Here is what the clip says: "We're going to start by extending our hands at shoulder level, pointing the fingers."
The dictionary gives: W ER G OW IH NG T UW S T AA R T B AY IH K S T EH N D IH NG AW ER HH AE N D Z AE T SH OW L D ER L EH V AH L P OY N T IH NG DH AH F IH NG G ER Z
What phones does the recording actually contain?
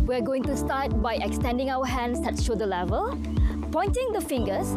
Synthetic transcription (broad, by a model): W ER G OW IH NG T UW S T AA T B AY IH K S T EH N D IH NG AW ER HH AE N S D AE T SH OW D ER L EH V AH L P OY N T IH NG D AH F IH NG G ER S